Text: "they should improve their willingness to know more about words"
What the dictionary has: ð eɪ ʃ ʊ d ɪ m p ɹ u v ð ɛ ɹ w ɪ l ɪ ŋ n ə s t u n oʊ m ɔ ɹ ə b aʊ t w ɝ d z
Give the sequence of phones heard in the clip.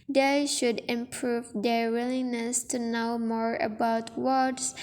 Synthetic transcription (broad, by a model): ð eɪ ʃ ʊ d ɪ m p ɹ u v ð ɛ ɹ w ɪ l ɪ n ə s t u n oʊ m ɔ ɹ ə b aʊ t w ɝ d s